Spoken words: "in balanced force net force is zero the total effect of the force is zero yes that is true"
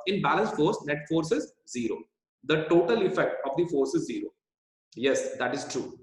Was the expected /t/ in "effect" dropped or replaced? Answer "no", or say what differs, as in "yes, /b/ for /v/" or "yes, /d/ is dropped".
no